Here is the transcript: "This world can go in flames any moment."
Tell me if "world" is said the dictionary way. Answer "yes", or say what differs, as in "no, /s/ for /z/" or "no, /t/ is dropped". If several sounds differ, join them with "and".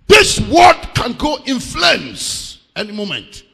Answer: no, /l/ is dropped